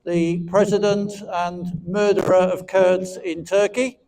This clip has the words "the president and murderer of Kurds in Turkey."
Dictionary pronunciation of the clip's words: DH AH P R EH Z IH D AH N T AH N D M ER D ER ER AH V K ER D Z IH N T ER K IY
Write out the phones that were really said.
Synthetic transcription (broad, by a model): DH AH P R EH Z IH D AH N T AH N M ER D ER ER AH V K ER D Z IH N T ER K IY